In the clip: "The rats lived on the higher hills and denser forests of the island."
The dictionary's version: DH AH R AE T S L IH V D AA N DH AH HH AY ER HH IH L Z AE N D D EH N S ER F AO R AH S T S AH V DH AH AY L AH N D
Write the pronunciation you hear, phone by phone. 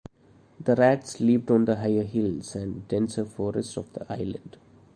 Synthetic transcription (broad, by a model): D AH R AE T S L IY P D AA N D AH HH AY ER HH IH L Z AE N D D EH N S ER F AO R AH S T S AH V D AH AY L AH N D